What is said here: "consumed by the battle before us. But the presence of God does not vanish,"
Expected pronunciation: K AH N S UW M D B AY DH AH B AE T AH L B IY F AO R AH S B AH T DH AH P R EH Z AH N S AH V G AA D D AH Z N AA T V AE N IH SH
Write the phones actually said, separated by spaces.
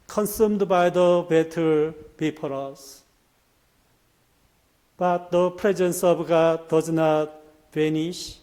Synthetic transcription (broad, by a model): K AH N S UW M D B AY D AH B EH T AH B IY P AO R AH S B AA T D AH P R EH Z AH N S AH B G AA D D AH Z N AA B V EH N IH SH